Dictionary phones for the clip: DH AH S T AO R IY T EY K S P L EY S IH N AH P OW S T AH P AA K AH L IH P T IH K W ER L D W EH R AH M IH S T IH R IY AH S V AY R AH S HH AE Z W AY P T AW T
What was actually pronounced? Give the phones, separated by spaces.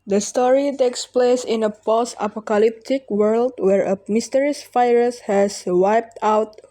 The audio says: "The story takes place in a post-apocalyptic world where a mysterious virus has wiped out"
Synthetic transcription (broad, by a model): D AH S T AO R IY T EY K S P L EY S IH N AH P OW S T AH P AA K AH L IH P T IH K W ER L D W EH R AH M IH S T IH R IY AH S F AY R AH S HH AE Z W AY P T AW T